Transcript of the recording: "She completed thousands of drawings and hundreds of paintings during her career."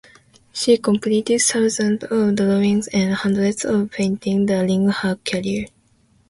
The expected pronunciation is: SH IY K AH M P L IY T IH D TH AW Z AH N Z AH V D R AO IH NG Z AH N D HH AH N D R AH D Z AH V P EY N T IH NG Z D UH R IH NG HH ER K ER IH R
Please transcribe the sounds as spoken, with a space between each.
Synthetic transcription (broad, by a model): SH IY K AH M P L IY T IH D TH AW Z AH N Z AH V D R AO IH NG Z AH N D HH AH N D R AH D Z AH V P EY N T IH NG D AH L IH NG HH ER K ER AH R